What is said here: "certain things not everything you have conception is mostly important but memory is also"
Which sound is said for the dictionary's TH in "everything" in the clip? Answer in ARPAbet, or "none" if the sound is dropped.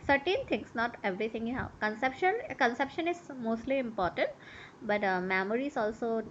T